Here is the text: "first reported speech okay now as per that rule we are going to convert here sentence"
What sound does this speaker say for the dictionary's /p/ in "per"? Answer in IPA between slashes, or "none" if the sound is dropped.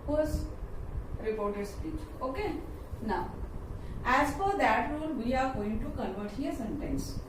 /f/